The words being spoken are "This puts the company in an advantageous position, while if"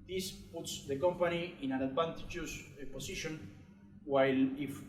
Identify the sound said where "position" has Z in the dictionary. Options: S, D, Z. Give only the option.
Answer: S